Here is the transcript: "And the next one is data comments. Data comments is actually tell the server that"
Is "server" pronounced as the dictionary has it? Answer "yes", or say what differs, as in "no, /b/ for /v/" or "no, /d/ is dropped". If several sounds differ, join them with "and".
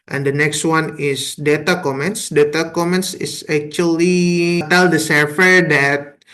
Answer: no, /f/ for /v/